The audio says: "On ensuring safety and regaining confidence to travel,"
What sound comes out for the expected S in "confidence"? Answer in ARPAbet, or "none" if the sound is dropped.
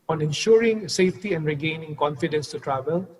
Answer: S